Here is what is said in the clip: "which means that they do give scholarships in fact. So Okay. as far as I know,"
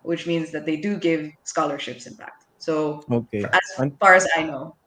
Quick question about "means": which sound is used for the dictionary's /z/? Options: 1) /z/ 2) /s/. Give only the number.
1